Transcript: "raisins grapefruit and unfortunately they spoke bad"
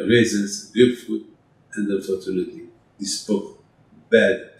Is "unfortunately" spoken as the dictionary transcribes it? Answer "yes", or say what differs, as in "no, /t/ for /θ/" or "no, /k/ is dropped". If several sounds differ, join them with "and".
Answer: no, /l/ is dropped